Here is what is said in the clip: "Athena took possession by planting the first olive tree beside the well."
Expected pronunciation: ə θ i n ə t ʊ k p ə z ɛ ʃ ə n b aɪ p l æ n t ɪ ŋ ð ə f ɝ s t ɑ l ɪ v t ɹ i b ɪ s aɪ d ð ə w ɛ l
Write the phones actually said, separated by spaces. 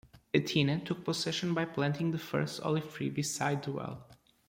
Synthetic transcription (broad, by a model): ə t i n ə t ʊ k p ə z ɛ ʃ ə n b aɪ p l æ n t ɪ ŋ ð ə f ɝ s t ɑ l ɪ v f ɹ i b ɪ s aɪ d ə w ɛ l